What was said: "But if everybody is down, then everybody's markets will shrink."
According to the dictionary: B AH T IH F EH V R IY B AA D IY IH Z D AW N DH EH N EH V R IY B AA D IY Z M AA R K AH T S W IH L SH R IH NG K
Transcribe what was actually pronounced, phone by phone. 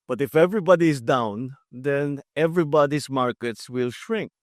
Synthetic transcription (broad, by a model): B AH T IH F EH V R IY B AA D IY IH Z D AW N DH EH N EH V R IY B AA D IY S M AA R K AH T S W IH L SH R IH NG K